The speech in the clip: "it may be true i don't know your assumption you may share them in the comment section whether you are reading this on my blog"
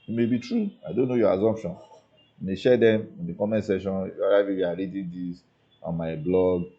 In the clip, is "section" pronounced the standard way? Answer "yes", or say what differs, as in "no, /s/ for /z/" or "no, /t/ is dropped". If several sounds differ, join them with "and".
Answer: no, /k/ is dropped